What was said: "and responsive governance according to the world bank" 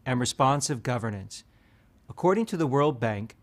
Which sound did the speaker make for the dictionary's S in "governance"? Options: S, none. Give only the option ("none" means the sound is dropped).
S